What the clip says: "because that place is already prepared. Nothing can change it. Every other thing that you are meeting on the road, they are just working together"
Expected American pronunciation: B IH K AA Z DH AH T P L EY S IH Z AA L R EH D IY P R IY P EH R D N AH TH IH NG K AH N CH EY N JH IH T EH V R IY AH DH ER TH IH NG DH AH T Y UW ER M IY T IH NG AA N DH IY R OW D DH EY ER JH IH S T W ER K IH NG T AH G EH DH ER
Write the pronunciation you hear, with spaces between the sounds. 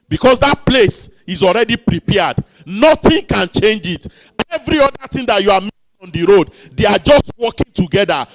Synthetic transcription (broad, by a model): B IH K AA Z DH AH T P L EY S IH Z AA L R EH D IY P R IY P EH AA D N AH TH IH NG K AH N CH EY N JH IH T EH V R IY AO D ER T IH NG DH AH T Y UW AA M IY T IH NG AA N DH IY R OW D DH EY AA JH IH S T W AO K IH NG T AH G EH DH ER